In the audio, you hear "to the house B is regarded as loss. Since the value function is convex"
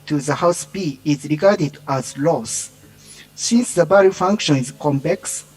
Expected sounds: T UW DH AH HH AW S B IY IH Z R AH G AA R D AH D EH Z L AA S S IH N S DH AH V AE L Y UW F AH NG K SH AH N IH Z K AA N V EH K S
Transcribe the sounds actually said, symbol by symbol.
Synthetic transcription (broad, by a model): T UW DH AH HH AW S B IY IH Z R AH G AA R D AH D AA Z L AA S S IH N S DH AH B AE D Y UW F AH NG K SH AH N IH Z K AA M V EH K S